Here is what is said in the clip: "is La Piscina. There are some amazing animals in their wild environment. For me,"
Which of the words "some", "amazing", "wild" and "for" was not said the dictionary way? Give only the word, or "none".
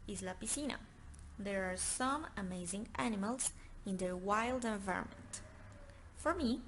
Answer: none